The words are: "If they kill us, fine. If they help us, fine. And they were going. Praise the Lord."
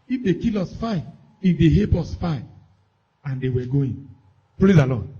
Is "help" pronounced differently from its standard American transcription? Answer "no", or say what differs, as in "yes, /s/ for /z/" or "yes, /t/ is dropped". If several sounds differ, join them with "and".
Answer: yes, /l/ is dropped